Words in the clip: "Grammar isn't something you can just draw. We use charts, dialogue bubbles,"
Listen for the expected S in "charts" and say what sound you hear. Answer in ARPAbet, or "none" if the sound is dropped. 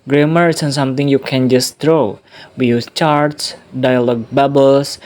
S